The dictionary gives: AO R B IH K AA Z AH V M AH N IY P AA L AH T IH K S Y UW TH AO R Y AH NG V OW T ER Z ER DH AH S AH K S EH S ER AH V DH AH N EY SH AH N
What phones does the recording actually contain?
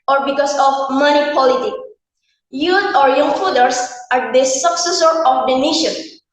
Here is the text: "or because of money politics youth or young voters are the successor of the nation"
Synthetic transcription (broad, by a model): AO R B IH K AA S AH F M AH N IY P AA L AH T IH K Y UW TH AO R Y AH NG F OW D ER S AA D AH S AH K S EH S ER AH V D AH N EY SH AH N